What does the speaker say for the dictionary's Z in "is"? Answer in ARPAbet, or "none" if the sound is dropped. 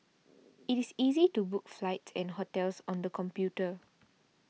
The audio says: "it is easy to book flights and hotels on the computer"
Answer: S